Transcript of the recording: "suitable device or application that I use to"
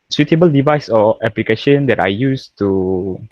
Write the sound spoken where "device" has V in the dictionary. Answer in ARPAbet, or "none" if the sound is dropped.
V